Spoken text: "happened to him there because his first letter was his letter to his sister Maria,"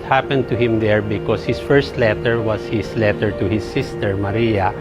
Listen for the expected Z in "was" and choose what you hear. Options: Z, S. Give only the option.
S